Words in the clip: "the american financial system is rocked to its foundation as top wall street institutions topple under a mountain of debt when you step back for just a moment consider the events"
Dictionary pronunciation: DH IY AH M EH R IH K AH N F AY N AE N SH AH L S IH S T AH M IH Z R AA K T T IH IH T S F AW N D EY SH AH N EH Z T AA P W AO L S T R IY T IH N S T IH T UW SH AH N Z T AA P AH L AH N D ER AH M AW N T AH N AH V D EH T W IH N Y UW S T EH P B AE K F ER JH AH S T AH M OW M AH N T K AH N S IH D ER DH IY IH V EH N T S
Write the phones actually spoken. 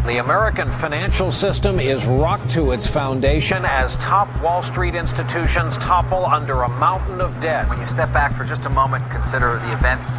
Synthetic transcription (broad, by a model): DH IY AH M EH R IH K AH N F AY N AE N SH L S IH S T AH M IH Z R AA K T T IH IH T S F AW N D EY SH AH N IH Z T AA P W AO L S T R IY T IH N S T IH T UW SH AH N Z T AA P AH L AH N D ER AH M AW N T N AH V D EH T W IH N Y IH S T EH P B AE K F ER JH AH S T AH M OW M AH N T K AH N S IH D ER DH IY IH V EH N T S